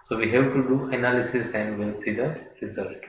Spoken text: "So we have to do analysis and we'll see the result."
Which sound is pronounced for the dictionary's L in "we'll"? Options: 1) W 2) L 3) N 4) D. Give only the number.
3